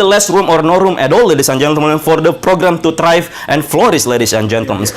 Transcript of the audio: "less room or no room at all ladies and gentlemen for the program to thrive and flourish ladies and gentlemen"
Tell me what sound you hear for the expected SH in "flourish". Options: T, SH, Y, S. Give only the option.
S